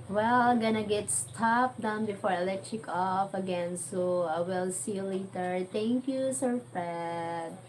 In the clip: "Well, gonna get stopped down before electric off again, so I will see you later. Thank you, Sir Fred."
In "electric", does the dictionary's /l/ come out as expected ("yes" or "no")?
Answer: yes